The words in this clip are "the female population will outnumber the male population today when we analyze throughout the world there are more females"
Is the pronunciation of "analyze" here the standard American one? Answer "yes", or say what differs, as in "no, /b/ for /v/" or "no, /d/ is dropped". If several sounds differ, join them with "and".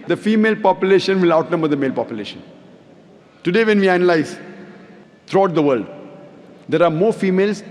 yes